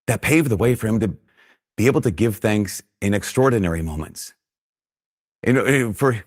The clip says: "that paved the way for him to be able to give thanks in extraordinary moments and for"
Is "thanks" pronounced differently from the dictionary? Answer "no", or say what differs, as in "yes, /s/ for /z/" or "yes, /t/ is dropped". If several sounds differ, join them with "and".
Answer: no